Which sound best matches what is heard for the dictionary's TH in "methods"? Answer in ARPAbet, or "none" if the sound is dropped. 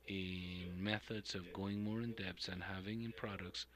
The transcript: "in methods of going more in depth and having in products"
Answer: TH